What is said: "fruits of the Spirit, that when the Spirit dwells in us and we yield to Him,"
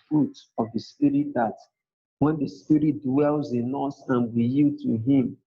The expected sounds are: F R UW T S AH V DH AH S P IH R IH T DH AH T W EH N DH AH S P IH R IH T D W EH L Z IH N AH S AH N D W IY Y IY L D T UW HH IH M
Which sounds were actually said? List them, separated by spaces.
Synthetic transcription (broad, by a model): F R UW T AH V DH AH S P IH R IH T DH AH T W EH N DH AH S P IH R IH T D W EH L Z IH N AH S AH N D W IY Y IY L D T UW HH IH M